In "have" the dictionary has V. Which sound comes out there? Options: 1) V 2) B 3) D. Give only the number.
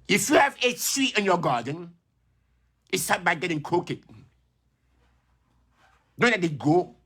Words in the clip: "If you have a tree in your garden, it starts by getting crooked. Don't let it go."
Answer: 1